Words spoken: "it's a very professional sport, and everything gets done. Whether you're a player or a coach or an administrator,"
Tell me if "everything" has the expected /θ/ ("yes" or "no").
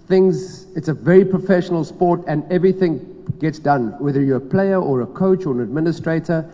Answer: yes